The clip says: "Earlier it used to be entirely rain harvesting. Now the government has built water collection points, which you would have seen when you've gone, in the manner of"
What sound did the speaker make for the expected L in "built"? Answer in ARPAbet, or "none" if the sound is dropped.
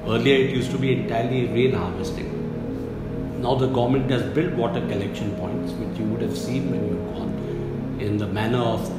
L